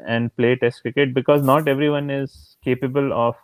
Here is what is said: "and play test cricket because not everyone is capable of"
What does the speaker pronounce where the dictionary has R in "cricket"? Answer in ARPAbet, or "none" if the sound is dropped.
none